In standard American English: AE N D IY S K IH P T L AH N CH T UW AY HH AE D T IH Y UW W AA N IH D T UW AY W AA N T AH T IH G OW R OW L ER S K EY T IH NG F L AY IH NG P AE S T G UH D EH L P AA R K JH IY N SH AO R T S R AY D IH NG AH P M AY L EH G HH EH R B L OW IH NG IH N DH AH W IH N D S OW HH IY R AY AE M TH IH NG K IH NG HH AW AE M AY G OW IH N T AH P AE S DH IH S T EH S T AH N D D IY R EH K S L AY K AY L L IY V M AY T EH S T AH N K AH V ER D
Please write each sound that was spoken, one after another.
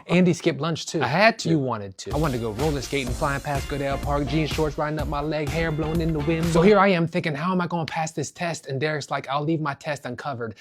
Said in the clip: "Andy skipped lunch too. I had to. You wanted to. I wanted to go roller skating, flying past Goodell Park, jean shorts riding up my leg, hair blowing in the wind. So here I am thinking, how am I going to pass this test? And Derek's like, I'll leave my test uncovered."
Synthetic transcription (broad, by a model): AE N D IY S K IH P L AH N CH T UW AY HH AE D T IH W AA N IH D T UW AY W AA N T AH T IH G OW R OW L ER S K EY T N F L AY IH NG P AE S G UH D EH L P AA R K JH IY N SH AO R T S R AY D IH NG AH P M AY L EH G HH EH R B L OW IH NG IH N DH AH W IH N S OW HH IY R AY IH M TH IH NG K IH NG HH AW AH M AY G OW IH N P AE S DH IH S T EH S T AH N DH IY R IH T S L AY K AY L L IY V M AY T EH S T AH N K AH V ER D